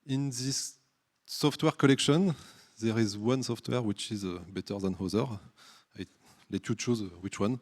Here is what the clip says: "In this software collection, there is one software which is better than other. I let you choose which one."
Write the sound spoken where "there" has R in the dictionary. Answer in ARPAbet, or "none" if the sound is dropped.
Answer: R